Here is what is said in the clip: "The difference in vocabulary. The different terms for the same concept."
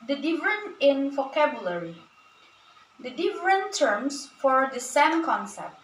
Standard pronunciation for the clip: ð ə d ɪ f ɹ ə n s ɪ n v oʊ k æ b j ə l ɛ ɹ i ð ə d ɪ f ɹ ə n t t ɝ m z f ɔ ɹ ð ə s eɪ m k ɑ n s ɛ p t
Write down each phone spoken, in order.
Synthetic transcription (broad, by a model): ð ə d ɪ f ɹ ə n ɪ n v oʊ k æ b j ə l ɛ ɹ i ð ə d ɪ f ɹ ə n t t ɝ m s f ɔ ɹ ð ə s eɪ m k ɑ n s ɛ p t